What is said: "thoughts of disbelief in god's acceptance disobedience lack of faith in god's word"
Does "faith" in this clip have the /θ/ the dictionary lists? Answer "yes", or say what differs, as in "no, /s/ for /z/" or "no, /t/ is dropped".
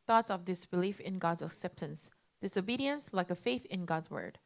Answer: yes